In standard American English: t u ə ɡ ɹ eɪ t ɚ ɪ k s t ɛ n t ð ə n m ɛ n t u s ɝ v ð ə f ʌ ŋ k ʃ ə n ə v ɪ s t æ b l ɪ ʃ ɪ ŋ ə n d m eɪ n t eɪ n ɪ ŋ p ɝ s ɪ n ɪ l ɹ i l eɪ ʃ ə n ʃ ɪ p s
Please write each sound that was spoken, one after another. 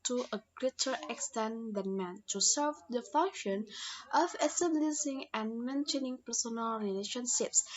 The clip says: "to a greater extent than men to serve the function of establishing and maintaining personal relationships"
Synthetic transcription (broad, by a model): t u ə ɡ ɹ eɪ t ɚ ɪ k s t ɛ n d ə n m ɛ n t u s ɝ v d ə f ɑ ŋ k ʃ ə n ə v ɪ s t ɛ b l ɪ s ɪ ŋ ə n m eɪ n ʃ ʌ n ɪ ŋ p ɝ s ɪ n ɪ l ɹ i l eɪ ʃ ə n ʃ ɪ p s